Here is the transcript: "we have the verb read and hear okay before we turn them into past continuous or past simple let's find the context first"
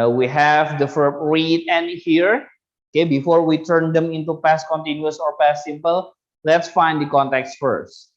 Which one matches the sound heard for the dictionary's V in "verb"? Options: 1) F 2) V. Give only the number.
1